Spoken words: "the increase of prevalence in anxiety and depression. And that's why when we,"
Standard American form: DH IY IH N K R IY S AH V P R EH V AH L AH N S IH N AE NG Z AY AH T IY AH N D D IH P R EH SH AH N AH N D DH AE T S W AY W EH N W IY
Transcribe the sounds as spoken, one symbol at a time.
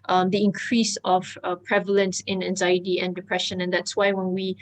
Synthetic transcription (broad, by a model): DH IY IH N K R IY S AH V P R EH V AH L AH N S IH N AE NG Z AY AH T IY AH N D D IH P R EH SH AH N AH N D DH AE T S W AY W EH N W IY